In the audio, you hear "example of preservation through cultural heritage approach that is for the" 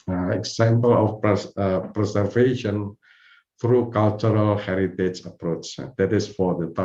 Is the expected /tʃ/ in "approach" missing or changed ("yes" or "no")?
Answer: no